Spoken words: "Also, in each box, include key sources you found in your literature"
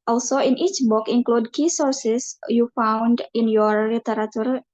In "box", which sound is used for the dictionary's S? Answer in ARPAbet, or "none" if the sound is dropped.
none